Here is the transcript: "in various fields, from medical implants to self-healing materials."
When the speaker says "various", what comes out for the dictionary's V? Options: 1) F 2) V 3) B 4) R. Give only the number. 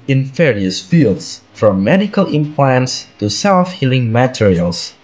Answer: 1